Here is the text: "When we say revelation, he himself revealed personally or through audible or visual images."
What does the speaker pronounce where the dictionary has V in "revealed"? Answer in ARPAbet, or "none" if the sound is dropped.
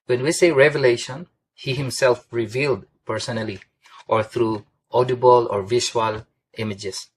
V